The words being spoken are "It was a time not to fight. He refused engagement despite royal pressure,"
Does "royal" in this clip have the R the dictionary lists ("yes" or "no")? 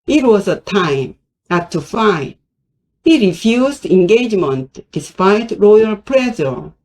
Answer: yes